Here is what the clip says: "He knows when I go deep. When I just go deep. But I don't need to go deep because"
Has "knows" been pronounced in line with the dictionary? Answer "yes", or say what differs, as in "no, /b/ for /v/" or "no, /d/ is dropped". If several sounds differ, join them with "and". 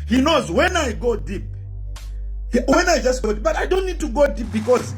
yes